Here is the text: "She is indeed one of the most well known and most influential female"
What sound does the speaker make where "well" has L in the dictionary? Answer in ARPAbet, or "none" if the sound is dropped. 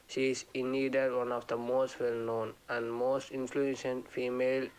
L